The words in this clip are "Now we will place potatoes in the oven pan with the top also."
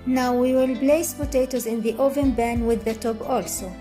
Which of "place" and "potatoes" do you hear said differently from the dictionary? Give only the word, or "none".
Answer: place